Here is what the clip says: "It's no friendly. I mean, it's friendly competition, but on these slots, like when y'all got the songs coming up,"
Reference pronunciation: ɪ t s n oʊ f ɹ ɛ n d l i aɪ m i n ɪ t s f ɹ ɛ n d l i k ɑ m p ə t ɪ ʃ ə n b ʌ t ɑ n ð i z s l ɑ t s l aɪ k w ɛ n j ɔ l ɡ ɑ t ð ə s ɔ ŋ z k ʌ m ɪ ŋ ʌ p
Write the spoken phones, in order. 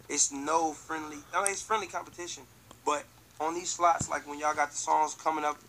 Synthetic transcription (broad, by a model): ɪ t s n oʊ f ɹ ɛ n d l i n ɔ ɪ t s f ɹ ɛ n d l i k ɑ m p ə t ɪ ʃ ə n b ʌ t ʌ n ð i z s l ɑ t s l aɪ k w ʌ n j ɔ ɡ ɑ t ð ə s ɔ ŋ z k ʌ m ɪ ŋ ʌ p